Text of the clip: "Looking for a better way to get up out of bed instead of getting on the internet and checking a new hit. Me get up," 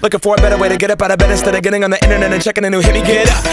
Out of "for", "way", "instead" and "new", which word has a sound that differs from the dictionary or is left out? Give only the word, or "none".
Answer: instead